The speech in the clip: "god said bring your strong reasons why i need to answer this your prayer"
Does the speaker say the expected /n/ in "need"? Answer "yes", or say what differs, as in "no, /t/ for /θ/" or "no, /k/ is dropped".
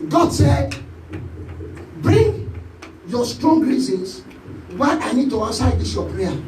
yes